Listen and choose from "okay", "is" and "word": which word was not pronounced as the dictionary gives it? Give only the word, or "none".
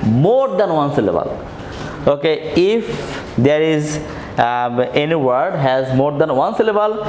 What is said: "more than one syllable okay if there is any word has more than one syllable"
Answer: none